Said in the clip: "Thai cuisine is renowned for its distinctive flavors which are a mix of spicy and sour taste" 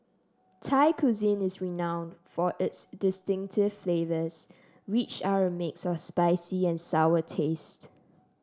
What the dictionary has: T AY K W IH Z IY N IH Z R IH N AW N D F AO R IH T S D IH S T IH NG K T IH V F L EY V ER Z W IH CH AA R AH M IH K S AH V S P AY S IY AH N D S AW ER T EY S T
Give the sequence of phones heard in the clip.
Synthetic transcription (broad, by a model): T AY K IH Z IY N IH S R IH N AW N D F AO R IH T S D IH S T IH NG K T IH V F L EY V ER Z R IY CH AA R AH M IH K S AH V S P AY S IY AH N S AW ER T EY S T